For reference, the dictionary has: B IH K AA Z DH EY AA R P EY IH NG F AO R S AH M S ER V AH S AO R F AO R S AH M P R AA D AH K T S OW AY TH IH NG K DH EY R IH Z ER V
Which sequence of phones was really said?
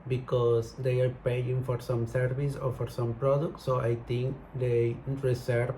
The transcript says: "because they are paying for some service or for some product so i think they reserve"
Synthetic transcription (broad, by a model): B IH K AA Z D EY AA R P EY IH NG F AO R S AH M S ER V AH S AO R F AO R S AH M P R AA D AH K T S OW AY T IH NG K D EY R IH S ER